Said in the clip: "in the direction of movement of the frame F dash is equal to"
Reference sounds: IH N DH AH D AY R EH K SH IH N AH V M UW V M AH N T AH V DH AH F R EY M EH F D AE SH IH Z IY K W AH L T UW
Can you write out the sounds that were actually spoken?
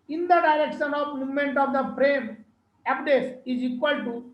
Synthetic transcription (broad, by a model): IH N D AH D AY R EH K SH IH N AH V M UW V M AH N T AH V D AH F R EY M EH P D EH S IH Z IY K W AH L T UW